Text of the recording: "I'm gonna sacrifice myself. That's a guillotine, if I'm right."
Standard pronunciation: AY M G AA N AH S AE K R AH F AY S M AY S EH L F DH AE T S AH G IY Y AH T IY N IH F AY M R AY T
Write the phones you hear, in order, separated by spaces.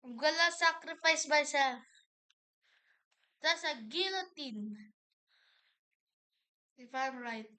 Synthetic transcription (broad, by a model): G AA L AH S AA K R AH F AY S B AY S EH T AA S AH G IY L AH T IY N IH F AY M R AY T